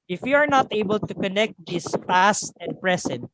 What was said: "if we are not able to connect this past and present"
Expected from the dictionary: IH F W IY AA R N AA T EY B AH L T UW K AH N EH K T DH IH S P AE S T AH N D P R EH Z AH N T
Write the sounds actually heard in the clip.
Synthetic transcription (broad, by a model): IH F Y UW AA R N AA T EY B AH L T UW K AH N EH K T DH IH S P AE S T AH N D P R EH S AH N T